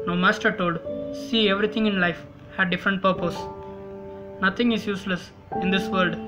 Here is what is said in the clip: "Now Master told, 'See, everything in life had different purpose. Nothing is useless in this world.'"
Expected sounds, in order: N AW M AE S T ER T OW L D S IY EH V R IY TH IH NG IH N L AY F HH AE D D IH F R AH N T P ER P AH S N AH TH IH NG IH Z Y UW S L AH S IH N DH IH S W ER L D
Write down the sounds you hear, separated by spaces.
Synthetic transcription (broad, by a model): N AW M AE S T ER T OW L D S IY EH V R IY T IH NG IH N L AY F HH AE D D IH F R AH N T P ER P AH S N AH T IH NG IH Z Y UW S L AH S IH N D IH S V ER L D